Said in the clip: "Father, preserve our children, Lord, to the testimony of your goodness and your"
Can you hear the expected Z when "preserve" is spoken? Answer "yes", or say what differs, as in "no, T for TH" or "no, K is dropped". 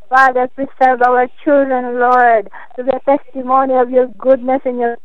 no, S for Z